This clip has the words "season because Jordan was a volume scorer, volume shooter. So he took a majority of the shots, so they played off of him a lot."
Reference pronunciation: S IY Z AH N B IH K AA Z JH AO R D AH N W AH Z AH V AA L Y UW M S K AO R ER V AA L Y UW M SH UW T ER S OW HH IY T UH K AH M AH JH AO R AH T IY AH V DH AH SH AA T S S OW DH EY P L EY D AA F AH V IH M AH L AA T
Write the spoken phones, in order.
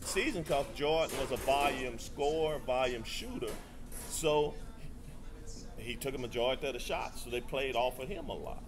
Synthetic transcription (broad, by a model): S IY Z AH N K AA S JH AO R N W AH Z AH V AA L Y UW M S K AO R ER V AA L Y UW M SH UW T ER S OW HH IY T UH K AH M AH JH AO AH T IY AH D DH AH SH AA T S S OW DH EY P L EY D AA F AH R IH M AH L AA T